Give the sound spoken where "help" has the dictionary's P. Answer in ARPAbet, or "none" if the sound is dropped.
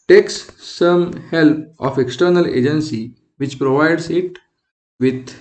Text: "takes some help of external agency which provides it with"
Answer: P